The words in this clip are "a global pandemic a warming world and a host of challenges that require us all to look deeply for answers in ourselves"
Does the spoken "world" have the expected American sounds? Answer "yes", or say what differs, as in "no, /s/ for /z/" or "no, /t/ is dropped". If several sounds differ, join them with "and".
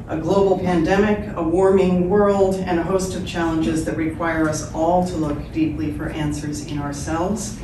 yes